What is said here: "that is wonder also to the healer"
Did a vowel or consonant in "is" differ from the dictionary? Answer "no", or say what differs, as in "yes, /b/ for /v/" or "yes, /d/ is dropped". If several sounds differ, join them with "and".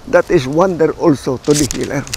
yes, /s/ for /z/